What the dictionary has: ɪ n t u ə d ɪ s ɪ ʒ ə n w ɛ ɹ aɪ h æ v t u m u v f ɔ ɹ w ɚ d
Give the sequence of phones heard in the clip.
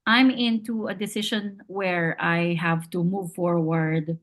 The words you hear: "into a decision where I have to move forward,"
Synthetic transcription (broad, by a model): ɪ n t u ə d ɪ s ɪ ʃ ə n w ɛ ɹ aɪ h æ v t u m u v f ɔ ɹ w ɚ d